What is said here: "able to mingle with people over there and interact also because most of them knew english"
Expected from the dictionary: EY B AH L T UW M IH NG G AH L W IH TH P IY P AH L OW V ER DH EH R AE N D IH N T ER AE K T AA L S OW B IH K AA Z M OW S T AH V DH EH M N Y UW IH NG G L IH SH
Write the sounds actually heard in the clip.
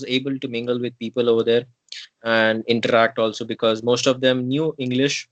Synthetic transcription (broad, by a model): EY B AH L T UW M IH NG G AH L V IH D P IY P AH L OW V ER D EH R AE N D IH N T ER AE K T AA L S OW B IH K AA Z M OW S T AH V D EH M N Y UW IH NG G L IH SH